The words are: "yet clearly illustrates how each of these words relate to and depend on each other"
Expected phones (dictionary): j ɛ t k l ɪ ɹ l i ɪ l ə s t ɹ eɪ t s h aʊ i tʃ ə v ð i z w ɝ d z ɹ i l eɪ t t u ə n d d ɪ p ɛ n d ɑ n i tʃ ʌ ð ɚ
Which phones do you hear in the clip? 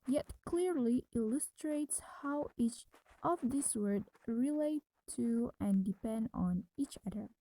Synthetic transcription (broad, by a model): j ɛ t k l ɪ ɹ l i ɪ l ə s t ɹ eɪ t s h aʊ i tʃ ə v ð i s w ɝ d ɹ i l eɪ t t u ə n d d ɪ p ɛ n d ɑ n i tʃ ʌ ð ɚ